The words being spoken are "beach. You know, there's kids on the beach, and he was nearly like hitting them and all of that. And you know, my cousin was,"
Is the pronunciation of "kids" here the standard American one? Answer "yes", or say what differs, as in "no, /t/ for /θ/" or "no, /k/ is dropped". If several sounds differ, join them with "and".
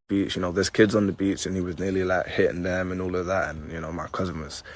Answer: yes